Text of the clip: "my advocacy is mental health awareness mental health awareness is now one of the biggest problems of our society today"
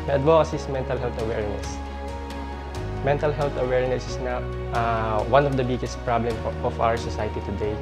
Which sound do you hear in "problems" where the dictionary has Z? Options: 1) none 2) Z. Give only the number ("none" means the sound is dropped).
1